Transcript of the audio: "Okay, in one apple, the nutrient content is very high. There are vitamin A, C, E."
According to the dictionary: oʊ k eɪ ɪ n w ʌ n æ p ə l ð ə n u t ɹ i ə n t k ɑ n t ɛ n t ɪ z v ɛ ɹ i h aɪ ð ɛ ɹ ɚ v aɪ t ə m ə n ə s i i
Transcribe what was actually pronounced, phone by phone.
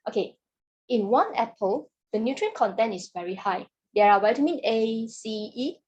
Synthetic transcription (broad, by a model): oʊ k eɪ ɪ n w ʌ n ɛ p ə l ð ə n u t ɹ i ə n k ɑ n t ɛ n ɪ s v ɛ ɹ i h aɪ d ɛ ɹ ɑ w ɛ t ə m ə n ə s i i